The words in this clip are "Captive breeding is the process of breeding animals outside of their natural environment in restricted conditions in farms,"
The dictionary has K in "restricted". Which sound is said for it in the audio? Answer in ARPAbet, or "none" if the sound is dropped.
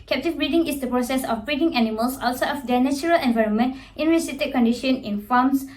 none